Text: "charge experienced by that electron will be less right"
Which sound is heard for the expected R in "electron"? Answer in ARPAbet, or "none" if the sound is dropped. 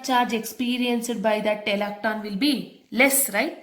none